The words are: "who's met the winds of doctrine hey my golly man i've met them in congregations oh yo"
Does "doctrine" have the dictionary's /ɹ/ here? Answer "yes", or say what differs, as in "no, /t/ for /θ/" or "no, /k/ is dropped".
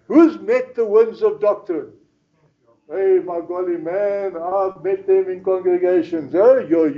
no, /ɹ/ is dropped